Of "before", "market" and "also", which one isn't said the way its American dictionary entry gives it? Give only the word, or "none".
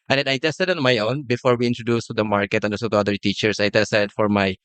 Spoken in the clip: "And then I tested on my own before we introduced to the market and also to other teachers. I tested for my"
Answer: also